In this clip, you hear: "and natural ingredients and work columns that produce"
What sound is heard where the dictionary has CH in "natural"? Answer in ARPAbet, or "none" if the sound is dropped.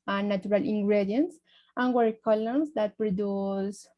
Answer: none